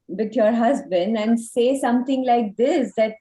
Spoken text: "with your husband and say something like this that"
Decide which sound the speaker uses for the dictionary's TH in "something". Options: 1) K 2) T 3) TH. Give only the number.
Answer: 2